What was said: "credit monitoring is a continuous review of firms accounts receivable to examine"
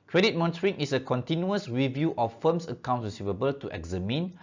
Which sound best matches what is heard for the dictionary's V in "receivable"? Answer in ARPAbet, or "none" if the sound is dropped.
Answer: V